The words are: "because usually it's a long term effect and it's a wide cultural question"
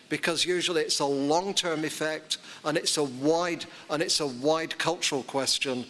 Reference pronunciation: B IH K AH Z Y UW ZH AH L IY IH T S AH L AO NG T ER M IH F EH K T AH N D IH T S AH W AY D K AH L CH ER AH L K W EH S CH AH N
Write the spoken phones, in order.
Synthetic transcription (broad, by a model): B IH K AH Z Y UW ZH AH L IY IH T S AH L AO NG T ER M IH F EH K T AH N D IH T S AH W AY D K AH L CH ER AH L K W EH S CH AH N